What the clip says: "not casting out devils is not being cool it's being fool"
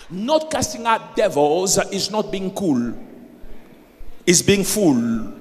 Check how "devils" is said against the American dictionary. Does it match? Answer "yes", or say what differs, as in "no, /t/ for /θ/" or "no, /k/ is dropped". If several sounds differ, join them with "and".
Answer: yes